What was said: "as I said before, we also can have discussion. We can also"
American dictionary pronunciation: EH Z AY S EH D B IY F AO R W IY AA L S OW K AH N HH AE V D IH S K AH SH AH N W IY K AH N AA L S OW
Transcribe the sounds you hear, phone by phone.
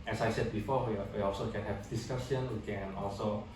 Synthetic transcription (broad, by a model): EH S AY S EH D B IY F AO W W IY AA L S OW K AH N HH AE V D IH S K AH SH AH N W IY K AH N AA L S OW